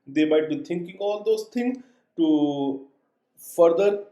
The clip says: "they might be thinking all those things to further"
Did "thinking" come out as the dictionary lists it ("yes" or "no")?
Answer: no